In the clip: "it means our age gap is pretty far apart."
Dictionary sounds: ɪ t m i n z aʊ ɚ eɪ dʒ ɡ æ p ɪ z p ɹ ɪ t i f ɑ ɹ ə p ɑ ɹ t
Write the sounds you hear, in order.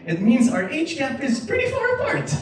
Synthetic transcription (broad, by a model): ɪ t m i n z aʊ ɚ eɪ tʃ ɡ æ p ɪ z p ɹ ɪ t i f ɑ ɹ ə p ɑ ɹ t